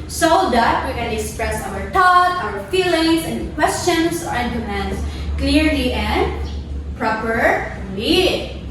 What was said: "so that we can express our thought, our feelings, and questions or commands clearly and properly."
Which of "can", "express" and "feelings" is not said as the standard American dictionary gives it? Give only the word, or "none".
feelings